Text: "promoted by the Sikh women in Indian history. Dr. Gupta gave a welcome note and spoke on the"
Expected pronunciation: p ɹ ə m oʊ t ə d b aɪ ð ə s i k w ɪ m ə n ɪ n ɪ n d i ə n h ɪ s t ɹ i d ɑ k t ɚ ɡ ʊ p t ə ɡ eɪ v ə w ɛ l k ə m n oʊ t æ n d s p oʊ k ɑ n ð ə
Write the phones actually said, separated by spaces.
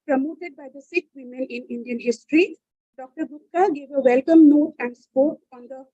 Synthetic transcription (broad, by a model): p ɹ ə m oʊ t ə d b aɪ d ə s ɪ k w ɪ m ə n ɪ n ɪ n d i ə n h ɪ s t ɹ i d ɑ k t ɚ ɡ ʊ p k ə ɡ eɪ v ə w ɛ l k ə m n oʊ t æ n d s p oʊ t ɑ n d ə